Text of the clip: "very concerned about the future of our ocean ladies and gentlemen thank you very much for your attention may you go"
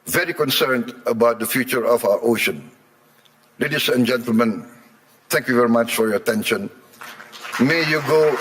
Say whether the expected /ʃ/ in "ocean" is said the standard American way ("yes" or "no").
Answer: yes